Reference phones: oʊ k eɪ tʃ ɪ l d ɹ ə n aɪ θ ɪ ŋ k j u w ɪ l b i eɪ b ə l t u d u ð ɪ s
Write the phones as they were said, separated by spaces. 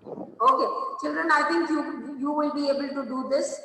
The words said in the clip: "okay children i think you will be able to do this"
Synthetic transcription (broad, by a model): oʊ k eɪ tʃ ɪ l d ɹ ə n aɪ t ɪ ŋ k j u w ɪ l b i eɪ b ə l t u d u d ɪ s